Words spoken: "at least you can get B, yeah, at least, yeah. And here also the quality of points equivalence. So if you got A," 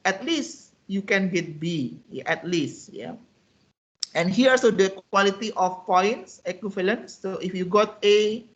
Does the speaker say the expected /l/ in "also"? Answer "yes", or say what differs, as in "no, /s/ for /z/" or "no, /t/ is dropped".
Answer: no, /l/ is dropped